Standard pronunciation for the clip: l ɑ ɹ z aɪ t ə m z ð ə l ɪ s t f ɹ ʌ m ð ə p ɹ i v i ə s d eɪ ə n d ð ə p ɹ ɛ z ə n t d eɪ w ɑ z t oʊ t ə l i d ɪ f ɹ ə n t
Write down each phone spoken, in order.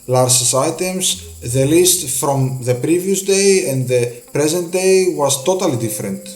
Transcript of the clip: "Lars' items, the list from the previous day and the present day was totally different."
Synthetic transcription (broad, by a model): l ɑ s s aɪ t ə m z ð ə l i s t f ɹ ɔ m ð ə p ɹ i v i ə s d eɪ ə n d ð ə p ɹ ɛ z ə n t d eɪ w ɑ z t oʊ t ə l i d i f ɹ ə n t